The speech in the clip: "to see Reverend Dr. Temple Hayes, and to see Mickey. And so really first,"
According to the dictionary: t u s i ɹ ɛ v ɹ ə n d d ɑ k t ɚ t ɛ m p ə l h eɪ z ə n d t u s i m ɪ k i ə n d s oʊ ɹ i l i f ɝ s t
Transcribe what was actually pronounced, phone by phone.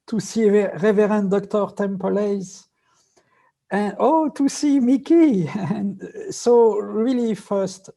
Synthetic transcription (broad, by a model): t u s i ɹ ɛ v ɹ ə n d d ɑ k t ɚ t ɛ m p ə l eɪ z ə n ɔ t u s i m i k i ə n s oʊ ɹ i l i f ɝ s t